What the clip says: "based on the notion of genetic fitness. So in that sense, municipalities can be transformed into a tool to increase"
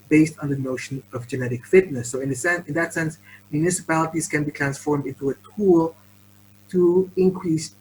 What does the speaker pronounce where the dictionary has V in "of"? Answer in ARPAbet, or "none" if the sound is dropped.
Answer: V